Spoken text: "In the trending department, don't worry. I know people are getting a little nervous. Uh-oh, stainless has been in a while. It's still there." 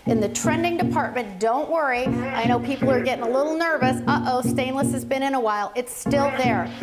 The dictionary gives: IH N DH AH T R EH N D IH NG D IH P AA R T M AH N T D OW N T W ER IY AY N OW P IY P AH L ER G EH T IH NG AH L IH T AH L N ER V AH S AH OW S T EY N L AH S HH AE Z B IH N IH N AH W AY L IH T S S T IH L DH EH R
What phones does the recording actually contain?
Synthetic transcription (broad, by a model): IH N DH AH T R EH N D IH NG D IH P AA R T M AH N D OW N T W ER IY AY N OW P IY P L ER G EH T IH NG AH L IH T L N ER V AH S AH OW S T EY N L AH S HH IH Z B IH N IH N AH W AY L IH T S S T IH L DH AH R